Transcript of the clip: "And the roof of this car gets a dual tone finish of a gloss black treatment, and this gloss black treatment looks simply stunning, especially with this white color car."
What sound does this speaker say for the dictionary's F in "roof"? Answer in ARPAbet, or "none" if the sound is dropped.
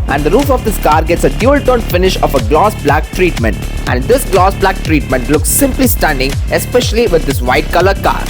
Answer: F